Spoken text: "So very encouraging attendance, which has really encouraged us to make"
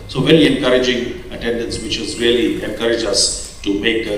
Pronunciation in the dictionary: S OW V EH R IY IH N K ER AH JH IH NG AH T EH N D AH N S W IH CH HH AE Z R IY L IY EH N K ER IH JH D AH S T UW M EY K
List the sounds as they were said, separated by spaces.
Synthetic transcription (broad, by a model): S OW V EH L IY IH N K ER AH JH IH NG AH T EH N D AH N S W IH CH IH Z R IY L IY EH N K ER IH JH AH S T UW M EY K